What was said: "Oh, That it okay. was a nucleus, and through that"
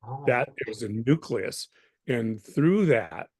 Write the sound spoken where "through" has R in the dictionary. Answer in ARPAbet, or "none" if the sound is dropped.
R